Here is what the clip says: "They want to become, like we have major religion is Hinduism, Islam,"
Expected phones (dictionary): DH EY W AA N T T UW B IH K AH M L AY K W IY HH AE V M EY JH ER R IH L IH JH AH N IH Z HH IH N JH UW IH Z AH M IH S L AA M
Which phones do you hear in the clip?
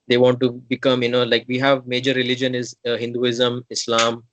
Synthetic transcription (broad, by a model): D EY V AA N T T UW B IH K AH M L AY K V IY HH AE V M EY JH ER R IH L IH JH AH N IH Z HH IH N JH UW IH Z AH M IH S L AA M